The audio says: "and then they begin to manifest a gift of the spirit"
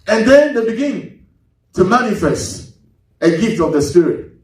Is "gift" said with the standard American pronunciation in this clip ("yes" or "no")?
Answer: yes